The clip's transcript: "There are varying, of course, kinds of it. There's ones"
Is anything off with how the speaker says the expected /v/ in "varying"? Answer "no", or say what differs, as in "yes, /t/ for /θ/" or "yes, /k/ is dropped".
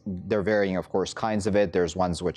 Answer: no